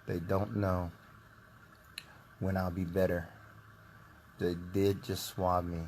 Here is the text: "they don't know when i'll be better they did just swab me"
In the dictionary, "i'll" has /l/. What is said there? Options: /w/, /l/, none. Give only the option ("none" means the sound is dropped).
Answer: /l/